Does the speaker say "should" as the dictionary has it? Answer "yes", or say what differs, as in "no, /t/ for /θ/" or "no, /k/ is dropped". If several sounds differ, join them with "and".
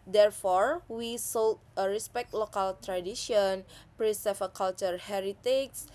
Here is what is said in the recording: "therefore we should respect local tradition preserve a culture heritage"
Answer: no, /s/ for /ʃ/